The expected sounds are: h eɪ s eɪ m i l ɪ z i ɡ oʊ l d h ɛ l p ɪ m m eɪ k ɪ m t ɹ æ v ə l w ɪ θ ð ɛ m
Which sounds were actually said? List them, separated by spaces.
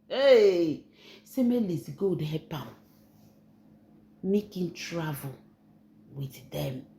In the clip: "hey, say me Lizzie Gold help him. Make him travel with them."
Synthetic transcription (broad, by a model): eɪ s eɪ m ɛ l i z ɡ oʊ d h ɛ p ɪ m m eɪ k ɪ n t ɹ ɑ v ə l w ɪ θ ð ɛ m